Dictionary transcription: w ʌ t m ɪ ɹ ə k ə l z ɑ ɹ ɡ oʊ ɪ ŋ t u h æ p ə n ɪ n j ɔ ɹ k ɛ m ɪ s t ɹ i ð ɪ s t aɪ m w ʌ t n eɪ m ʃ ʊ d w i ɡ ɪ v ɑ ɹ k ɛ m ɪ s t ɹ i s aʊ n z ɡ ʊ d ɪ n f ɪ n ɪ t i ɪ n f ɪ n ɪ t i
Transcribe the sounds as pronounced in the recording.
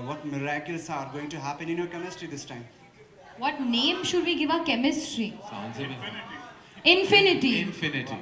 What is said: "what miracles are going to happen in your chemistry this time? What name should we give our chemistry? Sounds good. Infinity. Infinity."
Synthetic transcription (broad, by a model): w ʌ t m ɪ ɹ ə k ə l s ɑ ɹ ɡ oʊ ɪ ŋ t u h æ p ə n ɪ n j ɔ ɹ k ɛ m ɪ s t ɹ i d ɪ s t aɪ m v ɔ t n eɪ m ʃ ʊ d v i ɡ ɪ v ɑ k ɛ m ɪ s t ɹ i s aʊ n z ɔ ɪ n f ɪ n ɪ t i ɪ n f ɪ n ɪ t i